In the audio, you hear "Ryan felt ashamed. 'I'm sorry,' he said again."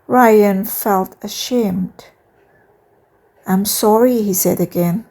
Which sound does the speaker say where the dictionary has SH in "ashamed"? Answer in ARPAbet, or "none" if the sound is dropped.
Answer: SH